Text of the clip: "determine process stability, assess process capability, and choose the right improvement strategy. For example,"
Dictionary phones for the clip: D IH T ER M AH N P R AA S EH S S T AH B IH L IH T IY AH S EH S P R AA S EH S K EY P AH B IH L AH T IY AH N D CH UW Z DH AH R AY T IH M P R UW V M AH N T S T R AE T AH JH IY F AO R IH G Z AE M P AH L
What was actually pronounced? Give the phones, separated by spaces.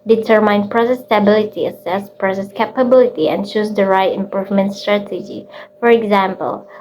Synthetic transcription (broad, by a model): D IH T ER M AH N P R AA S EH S S T AH B IH L IH T IY AH S EH S P R AA S EH S K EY P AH B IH L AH T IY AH N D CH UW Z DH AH R AY T IH M P R UW V M AH N T S T R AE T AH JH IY F AO R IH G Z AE M P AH L